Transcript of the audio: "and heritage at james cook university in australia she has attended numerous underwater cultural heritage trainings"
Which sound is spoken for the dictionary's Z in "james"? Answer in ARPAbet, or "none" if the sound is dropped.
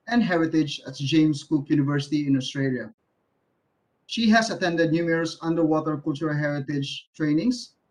S